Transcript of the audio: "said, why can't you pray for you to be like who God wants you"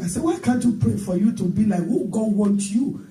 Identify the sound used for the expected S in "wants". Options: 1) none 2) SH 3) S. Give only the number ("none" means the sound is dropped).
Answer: 1